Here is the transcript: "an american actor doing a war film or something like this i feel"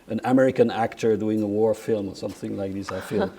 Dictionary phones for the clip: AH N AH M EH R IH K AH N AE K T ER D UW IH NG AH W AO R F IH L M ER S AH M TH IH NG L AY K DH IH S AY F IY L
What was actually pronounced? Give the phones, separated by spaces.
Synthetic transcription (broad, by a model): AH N AH M EH R IH K AH N AE K T ER D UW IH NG AH W AO R F IH L M ER S AH M TH IH NG L AY K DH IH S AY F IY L